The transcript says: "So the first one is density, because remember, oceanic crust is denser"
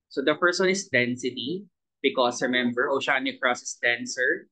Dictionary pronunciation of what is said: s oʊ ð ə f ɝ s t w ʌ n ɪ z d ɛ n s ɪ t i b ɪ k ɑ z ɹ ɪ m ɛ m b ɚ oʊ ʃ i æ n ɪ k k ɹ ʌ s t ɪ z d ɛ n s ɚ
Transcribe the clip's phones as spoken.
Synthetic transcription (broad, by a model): s oʊ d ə p ɝ s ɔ n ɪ s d ɛ n s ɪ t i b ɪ k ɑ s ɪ m ɛ m b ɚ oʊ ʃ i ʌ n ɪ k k ɹ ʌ s ɪ s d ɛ n s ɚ